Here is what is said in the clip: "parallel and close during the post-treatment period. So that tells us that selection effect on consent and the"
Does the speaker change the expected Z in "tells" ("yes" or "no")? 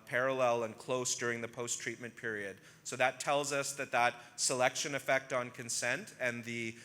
no